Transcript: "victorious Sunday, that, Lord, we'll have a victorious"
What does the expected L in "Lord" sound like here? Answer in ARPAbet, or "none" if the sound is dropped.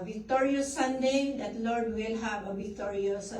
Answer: L